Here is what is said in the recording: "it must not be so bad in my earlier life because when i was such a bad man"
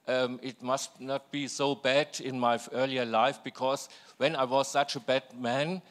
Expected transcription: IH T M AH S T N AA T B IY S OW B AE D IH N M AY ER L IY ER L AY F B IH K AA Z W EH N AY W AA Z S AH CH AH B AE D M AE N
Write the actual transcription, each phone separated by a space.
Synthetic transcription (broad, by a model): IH T M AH S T N AA T B IY S OW B AE D IH N M AY ER L IY ER L AY F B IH K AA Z W EH N AY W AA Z S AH CH AH B AE D M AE N